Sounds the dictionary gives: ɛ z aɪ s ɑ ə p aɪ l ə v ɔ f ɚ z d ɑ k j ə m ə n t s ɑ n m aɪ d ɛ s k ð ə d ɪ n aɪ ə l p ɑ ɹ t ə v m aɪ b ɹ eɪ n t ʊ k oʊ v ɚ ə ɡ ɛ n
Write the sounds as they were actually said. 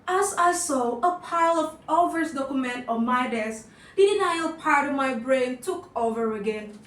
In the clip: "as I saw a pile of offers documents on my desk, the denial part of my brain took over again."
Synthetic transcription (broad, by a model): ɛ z aɪ s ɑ ə p aɪ l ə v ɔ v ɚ s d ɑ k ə m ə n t ɑ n m aɪ d ɛ s k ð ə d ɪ n aɪ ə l p ɑ ɹ t ə v m aɪ b ɹ eɪ n t ʊ k oʊ v ɚ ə ɡ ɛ n